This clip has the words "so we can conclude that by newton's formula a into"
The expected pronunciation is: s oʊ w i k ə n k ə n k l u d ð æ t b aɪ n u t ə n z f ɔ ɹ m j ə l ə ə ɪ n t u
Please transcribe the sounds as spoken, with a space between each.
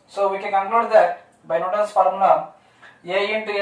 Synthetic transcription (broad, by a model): s oʊ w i k ə n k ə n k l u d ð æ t b aɪ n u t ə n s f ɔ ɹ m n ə ə ə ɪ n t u